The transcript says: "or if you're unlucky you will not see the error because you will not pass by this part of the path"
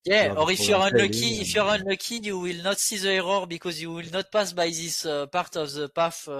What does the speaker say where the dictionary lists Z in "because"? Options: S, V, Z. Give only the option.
Z